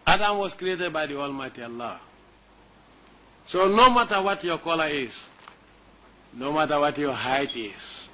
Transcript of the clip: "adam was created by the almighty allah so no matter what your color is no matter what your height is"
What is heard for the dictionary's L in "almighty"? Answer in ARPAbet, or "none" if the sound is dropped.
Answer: L